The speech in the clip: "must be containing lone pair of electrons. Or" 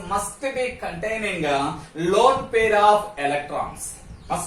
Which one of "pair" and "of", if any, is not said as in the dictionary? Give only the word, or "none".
of